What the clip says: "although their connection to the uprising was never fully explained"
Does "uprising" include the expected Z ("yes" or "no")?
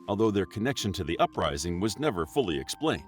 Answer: yes